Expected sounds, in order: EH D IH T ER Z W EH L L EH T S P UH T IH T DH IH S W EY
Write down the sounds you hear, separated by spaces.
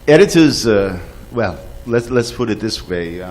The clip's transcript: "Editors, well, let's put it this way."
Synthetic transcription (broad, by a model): EH D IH T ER Z W EH L L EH T S P UH T IH T DH IH S W EY